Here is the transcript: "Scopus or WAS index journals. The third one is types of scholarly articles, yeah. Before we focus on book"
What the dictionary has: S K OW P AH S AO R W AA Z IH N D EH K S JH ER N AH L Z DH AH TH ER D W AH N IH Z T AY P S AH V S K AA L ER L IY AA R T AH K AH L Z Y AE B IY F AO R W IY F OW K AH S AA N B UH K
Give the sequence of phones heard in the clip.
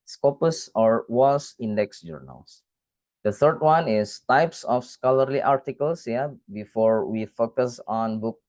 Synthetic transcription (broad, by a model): S K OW P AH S AO R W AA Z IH N D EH K S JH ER N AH L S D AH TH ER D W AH N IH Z T AY P S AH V S K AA L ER L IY AA R T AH K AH L S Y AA B IY F AO R W IY F OW K AH S AA N B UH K